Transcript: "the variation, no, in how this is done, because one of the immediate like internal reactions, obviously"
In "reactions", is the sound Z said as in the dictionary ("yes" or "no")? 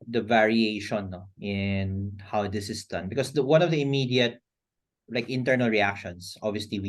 no